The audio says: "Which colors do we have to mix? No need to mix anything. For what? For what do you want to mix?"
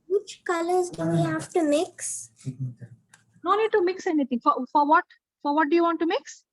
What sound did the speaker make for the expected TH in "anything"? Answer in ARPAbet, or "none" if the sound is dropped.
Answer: T